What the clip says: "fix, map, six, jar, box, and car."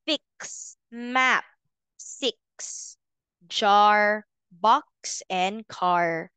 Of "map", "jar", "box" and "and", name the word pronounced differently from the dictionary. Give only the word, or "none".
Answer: none